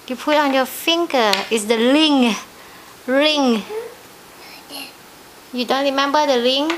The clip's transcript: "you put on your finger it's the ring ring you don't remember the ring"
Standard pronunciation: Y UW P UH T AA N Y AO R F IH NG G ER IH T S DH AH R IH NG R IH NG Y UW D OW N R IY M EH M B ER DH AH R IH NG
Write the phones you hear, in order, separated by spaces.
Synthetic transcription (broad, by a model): Y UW P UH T AA N Y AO F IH NG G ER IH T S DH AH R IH NG R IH NG Y UW D OW N R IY M EH M B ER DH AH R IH NG